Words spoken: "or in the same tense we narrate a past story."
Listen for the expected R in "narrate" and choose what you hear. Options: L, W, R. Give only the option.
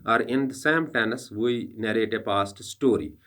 R